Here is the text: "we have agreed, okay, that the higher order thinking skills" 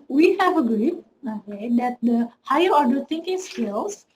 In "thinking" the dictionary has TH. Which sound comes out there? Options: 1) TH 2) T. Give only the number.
2